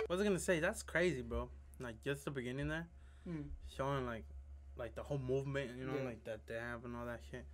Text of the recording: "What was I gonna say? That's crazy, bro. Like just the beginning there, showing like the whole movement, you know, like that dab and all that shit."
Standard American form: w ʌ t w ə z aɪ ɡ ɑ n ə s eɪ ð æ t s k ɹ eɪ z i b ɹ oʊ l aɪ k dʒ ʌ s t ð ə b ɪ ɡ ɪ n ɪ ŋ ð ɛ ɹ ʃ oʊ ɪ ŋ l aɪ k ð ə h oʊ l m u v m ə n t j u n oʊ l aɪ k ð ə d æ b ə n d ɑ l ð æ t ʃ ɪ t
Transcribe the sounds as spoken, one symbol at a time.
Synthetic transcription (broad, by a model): w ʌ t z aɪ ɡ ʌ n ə s eɪ ð æ t s k ɹ eɪ z i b oʊ l aɪ k dʒ ʌ s t ð ə b ɪ ɡ ɪ n ɪ ŋ ð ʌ ɹ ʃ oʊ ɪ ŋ l aɪ k ð ə h oʊ l m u v m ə n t j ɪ n oʊ l aɪ k ð ə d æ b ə n ɑ l ð æ t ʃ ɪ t